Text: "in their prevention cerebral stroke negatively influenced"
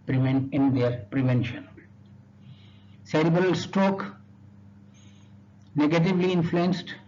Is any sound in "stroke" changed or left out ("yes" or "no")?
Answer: yes